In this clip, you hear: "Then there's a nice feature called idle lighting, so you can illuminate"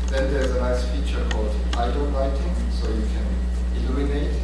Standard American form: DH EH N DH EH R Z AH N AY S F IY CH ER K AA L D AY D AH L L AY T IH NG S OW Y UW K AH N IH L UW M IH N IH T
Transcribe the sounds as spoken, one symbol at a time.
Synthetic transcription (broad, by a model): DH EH N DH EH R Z AH N AY S F IY CH ER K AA L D AY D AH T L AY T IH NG S OW Y UW K AH N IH L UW M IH N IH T